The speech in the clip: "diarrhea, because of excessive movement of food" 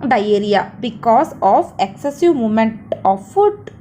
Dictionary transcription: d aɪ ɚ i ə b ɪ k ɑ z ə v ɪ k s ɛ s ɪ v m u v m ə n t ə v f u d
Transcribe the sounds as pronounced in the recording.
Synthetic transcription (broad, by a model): d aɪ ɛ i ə b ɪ k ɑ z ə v ɪ k s ɛ s ɪ v m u m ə n t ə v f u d